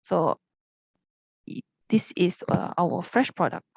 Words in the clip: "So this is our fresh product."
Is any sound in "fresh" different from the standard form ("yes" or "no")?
no